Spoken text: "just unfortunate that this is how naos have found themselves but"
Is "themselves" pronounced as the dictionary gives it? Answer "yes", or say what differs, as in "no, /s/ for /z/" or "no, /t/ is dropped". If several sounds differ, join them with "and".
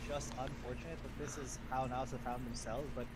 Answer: yes